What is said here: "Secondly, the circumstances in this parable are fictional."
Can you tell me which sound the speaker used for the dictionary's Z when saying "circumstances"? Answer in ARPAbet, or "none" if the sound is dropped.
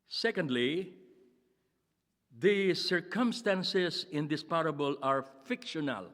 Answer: S